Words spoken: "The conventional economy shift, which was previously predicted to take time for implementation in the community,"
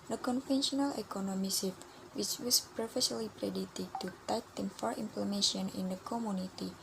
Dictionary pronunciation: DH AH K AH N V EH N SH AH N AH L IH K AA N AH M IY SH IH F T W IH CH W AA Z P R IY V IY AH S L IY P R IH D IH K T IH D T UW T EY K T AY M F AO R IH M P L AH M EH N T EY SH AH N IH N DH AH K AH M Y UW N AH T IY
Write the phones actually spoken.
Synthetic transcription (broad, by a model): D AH K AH N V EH N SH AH N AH L IH K AA N AH M IY S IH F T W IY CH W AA S P R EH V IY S L IY P R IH D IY T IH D T UW T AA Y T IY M F AO R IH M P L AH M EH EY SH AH N IH N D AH K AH M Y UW N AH T IY